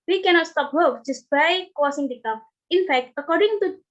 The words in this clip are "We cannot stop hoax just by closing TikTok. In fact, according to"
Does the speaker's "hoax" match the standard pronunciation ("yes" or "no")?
no